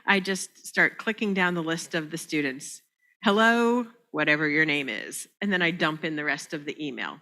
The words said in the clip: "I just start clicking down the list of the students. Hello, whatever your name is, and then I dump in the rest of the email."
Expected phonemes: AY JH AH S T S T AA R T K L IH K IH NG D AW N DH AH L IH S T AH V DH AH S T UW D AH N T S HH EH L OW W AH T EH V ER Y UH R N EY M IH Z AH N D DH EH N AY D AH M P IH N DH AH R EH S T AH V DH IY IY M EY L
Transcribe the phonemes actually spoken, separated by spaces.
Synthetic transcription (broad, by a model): AY JH AH S T S T AA R T K L IH K IH NG D AW N DH AH L IH S T AH V DH AH S T UW D N T S HH EH L OW W AH T EH V ER Y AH R N EY M IH Z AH N DH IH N AY D AH M P IH N DH AH R EH S T AH V DH IY IY M EY L